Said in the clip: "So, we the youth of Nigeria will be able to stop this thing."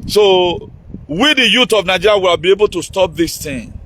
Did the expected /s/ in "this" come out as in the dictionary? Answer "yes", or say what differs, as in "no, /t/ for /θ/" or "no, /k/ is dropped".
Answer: yes